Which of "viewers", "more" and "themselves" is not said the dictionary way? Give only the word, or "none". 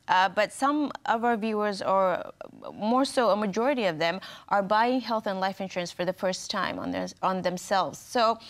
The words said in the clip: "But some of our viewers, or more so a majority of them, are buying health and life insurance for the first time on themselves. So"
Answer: none